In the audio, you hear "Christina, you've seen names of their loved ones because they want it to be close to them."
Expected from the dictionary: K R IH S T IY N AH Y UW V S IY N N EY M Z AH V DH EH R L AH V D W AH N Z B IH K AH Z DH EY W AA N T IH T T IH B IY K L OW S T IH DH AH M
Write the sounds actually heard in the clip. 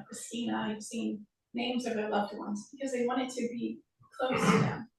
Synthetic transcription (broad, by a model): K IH S IY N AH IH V S IY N N EY M Z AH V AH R L AH V D W AH N Z B IH K AH Z DH EY W AA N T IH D T IH B IY K L OW S T IH DH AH M